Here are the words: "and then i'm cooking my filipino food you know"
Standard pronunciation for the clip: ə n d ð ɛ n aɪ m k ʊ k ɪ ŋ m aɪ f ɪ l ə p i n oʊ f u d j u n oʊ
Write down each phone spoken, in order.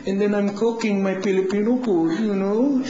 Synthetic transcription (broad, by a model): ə n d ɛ n aɪ m k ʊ k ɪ ŋ m aɪ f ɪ l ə p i n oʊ p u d j u n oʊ